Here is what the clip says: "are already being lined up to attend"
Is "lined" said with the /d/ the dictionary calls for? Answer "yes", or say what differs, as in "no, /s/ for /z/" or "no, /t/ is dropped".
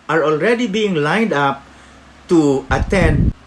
yes